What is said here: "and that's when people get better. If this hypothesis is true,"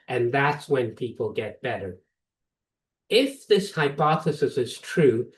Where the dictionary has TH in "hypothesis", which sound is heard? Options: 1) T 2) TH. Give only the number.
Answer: 2